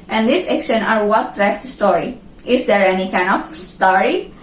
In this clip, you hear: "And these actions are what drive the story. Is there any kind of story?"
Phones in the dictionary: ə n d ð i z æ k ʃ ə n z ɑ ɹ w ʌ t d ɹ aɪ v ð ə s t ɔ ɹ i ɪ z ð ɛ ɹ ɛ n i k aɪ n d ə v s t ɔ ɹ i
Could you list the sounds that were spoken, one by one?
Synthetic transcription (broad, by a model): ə n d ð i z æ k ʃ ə n ɑ ɹ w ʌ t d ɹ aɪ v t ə s t ɔ ɹ i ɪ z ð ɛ ɹ ɛ n i k aɪ n d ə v s t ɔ ɹ i